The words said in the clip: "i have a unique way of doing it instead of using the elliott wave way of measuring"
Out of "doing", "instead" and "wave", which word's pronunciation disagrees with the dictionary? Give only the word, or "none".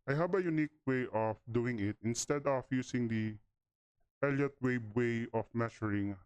wave